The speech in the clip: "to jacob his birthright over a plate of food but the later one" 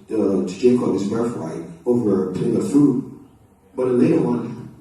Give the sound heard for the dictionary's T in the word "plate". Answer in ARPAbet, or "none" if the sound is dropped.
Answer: none